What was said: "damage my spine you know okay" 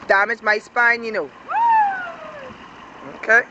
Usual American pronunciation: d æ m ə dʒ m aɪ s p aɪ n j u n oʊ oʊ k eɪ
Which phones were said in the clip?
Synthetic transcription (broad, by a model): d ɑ m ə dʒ m aɪ s p aɪ n j u n oʊ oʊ k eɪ